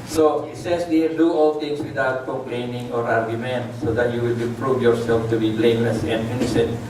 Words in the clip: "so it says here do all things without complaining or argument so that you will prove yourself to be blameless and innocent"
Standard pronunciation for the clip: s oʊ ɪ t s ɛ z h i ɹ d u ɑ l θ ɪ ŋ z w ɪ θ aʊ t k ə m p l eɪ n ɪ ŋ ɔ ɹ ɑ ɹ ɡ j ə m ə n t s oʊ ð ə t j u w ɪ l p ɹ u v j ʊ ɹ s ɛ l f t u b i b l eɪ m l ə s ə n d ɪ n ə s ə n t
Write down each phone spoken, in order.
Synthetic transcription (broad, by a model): s oʊ ɪ t s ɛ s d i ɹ d u ɑ l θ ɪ ŋ s w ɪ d aʊ t k ə m p l eɪ n ɪ ŋ ɔ ɹ ɑ ɹ ɡ j ə m ə n t s oʊ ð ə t j u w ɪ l p ɹ u v j ʊ ɹ s ɛ l f t u b i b l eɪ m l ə s ə n d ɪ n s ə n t